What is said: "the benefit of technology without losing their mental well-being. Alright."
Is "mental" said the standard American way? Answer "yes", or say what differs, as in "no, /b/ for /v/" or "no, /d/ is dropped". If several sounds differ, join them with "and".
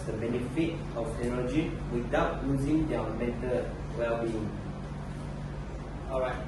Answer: no, /n/ is dropped